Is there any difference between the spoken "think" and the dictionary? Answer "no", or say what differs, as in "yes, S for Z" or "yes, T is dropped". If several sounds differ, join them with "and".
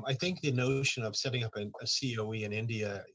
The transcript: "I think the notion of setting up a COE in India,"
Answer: no